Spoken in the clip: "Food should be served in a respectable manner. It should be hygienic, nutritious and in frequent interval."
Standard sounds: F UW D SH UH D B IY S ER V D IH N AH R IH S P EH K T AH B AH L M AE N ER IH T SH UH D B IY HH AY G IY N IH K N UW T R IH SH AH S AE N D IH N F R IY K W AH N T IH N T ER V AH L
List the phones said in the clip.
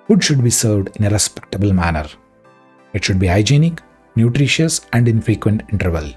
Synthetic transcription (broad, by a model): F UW D SH UH D B IY S ER V D IH N AH R IH S P EH K T AH B AH L M AE N ER IH T SH UH D B IY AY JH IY N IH K N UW T R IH SH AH S AE N D IH N F R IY K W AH N T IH N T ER V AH L